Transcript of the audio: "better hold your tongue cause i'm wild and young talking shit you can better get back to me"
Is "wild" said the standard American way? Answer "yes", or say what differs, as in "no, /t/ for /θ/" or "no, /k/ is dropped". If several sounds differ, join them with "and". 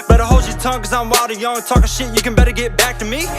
no, /l/ is dropped